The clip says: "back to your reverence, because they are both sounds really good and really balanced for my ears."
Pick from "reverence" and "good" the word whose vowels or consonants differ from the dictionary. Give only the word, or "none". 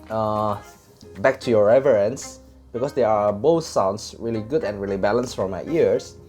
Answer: none